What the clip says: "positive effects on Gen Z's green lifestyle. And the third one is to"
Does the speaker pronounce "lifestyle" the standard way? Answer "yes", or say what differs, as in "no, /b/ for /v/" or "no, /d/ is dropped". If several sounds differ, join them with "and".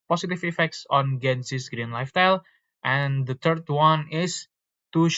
no, /s/ is dropped